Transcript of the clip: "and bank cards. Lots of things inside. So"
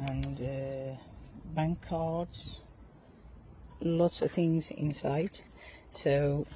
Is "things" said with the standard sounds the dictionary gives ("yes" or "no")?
yes